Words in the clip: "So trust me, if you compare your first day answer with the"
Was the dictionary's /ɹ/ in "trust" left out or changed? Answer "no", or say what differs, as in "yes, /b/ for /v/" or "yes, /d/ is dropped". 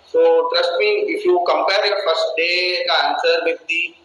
no